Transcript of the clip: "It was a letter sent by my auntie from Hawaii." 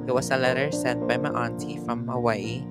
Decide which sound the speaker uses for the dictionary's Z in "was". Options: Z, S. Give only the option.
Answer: S